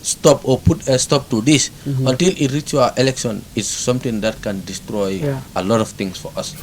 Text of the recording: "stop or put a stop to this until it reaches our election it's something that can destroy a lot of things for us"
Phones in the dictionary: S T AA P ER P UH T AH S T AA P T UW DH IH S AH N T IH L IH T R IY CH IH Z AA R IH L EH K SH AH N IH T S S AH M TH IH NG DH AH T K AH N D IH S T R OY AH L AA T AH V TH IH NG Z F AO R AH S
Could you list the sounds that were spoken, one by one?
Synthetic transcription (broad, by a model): S T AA P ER P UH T AH S T AA P T UW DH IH S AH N T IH L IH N R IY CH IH AA IH L EH K SH AH N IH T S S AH M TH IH NG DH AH T K AH N D IH S T R OY AH L AA T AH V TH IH NG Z F AO R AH S